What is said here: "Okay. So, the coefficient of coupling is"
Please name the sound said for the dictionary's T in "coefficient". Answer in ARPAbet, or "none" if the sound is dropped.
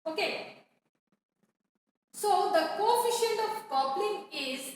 none